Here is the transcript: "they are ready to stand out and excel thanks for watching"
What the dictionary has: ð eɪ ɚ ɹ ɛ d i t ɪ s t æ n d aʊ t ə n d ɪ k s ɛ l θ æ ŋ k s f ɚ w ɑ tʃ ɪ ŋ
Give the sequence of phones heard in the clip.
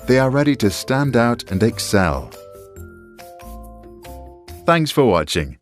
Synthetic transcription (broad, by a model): ð eɪ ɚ ɹ ɛ d i t ɪ s t æ n d aʊ t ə n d ɪ k s ɛ l θ æ ŋ k s f ɚ w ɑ tʃ ɪ ŋ